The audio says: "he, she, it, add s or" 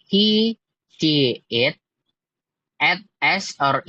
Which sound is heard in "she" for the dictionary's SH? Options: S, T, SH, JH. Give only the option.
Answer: S